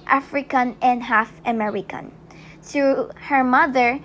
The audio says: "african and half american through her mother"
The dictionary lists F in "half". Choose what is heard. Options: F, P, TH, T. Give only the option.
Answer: F